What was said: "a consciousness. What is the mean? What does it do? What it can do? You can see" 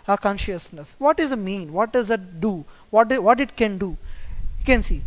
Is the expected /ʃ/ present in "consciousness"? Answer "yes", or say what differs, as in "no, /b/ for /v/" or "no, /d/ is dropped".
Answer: yes